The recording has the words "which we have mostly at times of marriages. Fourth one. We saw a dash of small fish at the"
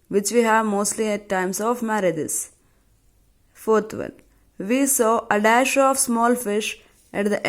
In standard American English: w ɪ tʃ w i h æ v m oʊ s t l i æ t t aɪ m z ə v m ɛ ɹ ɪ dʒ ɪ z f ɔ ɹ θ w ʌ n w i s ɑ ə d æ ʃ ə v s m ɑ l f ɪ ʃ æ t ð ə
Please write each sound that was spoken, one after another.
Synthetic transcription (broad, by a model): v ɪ tʃ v i h æ v m oʊ s t l i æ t t aɪ m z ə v m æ ɹ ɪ dʒ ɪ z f ɔ ɹ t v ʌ n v i s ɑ ə d æ ʃ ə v s m ɑ l f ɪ ʃ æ t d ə